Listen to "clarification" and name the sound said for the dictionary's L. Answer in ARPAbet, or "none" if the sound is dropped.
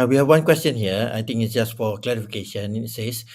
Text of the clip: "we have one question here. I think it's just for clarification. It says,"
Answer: L